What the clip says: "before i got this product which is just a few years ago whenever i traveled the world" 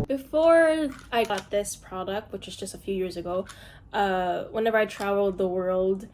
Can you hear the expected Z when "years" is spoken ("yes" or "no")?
yes